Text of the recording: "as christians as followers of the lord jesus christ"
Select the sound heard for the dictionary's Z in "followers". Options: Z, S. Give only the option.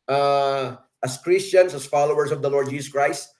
S